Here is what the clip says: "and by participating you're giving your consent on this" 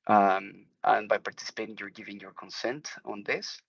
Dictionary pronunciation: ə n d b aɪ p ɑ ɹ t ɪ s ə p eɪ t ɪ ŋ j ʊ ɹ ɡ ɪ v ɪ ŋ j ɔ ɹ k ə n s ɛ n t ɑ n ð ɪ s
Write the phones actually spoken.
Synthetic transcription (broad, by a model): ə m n b aɪ p ɑ ɹ t ɪ s ə p eɪ t ɪ ŋ j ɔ ɹ ɡ ɪ v ɪ ŋ j ɔ ɹ k ə n s ɛ n t ɑ n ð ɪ s